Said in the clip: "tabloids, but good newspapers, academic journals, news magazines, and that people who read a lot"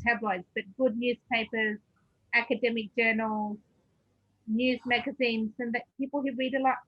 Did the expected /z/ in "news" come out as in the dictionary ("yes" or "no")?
yes